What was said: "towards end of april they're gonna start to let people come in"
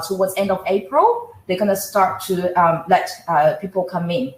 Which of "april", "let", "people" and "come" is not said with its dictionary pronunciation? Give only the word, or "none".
none